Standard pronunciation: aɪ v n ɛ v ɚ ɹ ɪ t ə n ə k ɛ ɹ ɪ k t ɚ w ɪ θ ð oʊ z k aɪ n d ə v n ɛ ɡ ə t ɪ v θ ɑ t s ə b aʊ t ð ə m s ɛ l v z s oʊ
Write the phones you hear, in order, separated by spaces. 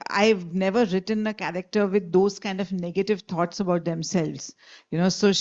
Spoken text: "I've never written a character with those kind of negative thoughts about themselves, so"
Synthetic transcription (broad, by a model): aɪ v n ɛ v ɚ ɹ ɪ t ə n ə k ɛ ɹ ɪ k t ɚ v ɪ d oʊ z k aɪ n d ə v n ɛ ɡ ə t ɪ v t ɑ t s ə b aʊ t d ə m s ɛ l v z s oʊ